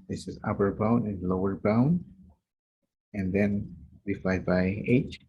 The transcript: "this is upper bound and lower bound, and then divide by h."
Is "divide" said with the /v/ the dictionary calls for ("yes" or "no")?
no